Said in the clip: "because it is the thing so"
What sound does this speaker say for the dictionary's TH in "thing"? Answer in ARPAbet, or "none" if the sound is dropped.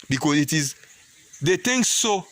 T